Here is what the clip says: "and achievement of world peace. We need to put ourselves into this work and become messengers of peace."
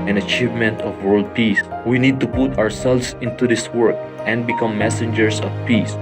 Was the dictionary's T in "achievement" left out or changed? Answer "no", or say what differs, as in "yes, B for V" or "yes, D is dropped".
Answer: no